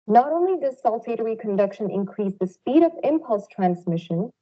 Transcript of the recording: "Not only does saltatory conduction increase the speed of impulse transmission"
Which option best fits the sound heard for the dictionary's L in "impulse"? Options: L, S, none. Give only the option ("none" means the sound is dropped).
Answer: L